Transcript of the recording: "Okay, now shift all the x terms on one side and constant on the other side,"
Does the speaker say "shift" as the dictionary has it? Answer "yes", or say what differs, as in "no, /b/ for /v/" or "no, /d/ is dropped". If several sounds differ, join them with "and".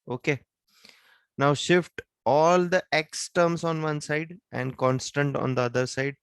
yes